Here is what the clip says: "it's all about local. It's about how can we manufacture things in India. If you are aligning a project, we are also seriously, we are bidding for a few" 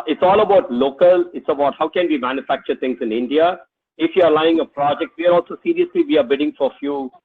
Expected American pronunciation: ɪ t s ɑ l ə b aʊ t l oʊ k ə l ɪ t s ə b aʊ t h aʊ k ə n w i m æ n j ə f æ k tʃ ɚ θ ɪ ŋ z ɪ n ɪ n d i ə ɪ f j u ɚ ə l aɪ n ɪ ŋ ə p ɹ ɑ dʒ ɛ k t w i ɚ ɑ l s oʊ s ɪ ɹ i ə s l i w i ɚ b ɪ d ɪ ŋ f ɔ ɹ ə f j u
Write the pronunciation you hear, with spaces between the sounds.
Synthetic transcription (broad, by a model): ɪ t s ɑ l ə b aʊ t l oʊ k ə l ɪ t s ə b aʊ t h aʊ k ə n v i m æ n j ə f æ k tʃ ɚ t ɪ ŋ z ɪ n ɪ n d i ə ɪ f j u ɚ l aɪ ɪ ŋ ə p ɹ ɑ dʒ ɛ k t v i ɚ ɑ l s oʊ s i ɹ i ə s l i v i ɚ b ɪ d ɪ ŋ f ɔ ɹ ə f j u